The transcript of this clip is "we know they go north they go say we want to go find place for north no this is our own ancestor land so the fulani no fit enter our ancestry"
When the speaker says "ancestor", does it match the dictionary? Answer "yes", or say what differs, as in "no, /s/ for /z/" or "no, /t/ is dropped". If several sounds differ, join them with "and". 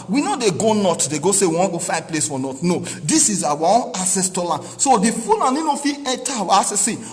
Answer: no, /n/ is dropped